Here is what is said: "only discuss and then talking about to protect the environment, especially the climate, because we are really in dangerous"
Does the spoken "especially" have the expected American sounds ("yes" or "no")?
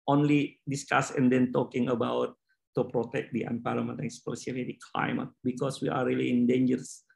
no